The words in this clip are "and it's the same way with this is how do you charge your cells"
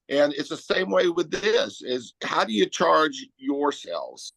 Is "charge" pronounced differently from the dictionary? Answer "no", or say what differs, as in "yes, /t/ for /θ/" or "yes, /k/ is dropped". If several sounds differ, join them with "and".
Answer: no